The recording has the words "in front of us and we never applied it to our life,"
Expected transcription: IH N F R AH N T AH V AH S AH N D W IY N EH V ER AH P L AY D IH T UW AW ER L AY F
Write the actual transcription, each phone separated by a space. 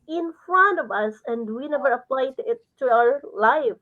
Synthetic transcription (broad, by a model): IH N F R AH N T AH V AH S AH N D W IY N EH V ER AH P L AY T IH T UW AW ER L AY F